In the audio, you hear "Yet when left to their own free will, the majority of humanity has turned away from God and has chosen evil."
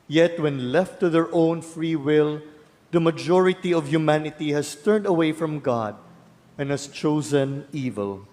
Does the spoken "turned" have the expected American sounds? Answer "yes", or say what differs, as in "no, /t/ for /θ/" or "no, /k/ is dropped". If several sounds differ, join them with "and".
yes